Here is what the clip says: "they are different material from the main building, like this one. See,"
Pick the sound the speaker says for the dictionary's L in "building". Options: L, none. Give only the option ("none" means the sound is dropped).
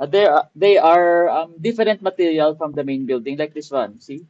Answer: L